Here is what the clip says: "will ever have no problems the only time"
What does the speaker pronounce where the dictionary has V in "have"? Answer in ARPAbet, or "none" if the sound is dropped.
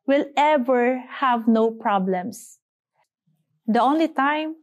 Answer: V